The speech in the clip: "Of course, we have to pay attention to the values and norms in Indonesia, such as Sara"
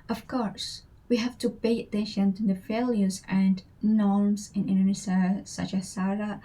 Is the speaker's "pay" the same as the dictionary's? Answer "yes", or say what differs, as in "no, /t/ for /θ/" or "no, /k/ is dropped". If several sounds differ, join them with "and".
no, /b/ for /p/